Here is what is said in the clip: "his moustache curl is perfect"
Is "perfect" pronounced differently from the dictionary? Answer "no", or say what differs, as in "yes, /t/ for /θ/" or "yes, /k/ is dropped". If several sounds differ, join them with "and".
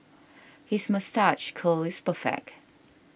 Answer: yes, /t/ is dropped